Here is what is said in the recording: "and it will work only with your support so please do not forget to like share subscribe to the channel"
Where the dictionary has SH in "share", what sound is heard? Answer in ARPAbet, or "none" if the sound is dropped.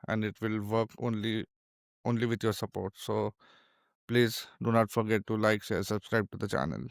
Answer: S